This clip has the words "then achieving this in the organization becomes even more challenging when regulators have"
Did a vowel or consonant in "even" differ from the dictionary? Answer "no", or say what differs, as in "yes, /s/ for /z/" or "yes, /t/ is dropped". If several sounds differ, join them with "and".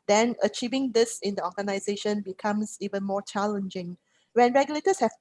no